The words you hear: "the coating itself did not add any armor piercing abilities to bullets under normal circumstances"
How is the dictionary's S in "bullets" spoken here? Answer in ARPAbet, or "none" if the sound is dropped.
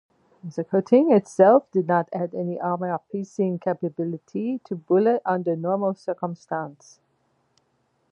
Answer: none